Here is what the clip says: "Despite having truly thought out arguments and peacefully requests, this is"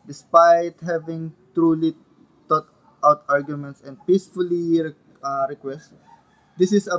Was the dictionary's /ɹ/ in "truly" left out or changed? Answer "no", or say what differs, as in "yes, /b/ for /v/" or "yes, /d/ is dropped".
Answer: no